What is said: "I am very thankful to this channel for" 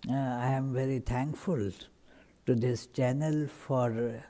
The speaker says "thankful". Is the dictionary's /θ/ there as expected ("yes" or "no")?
no